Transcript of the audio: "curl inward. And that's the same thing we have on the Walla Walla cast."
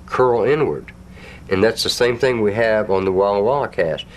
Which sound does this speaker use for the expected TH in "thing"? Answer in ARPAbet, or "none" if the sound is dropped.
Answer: TH